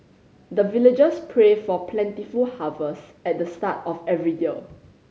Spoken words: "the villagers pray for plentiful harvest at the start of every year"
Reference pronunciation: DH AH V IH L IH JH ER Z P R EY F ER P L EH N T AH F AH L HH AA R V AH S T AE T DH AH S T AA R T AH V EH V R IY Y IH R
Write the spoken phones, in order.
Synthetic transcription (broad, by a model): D AH V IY L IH JH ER S P R EY F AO P L EH N T AH F AH L HH AA V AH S EH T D AH S T AA T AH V EH V R IY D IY L